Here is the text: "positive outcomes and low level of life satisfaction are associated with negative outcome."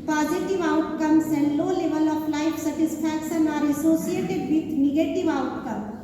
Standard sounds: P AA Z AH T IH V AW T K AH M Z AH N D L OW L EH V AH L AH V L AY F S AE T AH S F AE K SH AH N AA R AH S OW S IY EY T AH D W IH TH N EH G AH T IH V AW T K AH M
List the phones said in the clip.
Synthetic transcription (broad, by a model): P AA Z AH T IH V AW T K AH M S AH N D L OW L EH V AH L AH P L AY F S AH T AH S P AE K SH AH N AA R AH S OW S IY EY T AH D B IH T N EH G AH T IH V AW T K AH M